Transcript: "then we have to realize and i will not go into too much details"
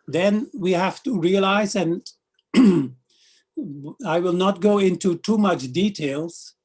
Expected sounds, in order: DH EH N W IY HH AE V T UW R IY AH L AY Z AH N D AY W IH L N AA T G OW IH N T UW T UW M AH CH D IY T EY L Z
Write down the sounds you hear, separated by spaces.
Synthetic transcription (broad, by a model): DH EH N W IY HH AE F T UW R IY AH L AY Z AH N AY W IH L N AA T G OW IH N T UW T UW M AH CH D IY T EY L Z